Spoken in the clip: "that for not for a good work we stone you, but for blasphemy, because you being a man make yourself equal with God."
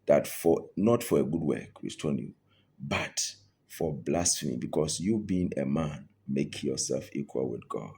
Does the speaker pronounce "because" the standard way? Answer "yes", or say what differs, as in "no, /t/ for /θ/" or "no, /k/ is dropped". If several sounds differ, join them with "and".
no, /s/ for /z/